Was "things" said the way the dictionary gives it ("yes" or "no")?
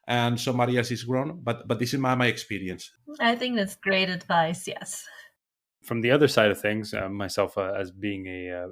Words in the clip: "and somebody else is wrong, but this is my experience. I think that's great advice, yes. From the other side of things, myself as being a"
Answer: yes